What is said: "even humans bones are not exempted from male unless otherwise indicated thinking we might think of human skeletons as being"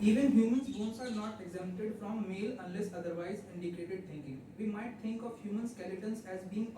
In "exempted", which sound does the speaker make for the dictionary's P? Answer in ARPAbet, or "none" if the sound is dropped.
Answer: none